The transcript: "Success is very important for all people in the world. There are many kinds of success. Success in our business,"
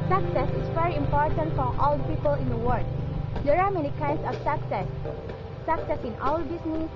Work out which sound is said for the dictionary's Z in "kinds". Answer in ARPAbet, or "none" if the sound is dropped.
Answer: S